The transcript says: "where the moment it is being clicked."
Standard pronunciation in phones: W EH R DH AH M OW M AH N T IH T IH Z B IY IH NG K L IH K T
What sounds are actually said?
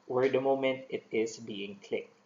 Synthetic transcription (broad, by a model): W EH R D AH M OW M AH N T IH T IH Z B IY IH NG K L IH K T